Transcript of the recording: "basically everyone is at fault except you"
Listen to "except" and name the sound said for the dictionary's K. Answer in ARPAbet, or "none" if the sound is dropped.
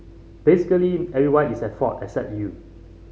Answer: K